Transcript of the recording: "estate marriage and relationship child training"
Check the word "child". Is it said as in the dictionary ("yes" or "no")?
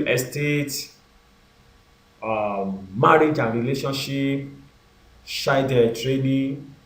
no